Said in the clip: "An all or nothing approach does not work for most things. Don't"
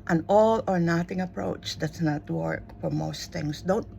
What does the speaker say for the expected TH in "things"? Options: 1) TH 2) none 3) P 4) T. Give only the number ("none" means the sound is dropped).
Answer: 4